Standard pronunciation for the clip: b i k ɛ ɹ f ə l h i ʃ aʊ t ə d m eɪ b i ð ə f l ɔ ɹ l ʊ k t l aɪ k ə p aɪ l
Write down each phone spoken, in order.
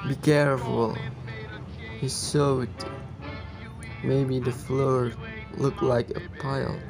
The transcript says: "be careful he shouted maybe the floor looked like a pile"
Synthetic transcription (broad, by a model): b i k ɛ ɹ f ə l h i s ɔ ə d m eɪ b i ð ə f l ɔ ɹ l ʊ k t l aɪ k ə p aɪ l